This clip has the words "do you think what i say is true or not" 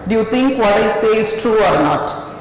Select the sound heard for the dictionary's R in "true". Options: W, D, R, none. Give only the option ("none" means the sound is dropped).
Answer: R